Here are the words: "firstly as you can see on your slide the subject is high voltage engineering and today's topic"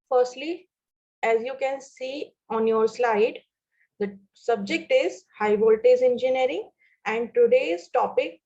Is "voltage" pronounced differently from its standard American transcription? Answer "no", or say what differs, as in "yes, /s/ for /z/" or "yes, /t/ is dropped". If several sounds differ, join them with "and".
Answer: yes, /z/ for /dʒ/